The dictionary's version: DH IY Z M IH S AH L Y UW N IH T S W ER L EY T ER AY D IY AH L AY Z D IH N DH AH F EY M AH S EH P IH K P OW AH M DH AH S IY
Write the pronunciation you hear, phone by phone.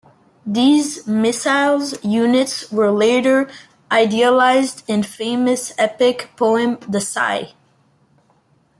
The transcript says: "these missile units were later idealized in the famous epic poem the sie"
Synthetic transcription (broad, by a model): DH IY Z M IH S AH L Y UW N IH T S W ER L EY T ER AY D IY AH L AY Z D IH N F EY M AH S EH P IH K P OW AH M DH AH S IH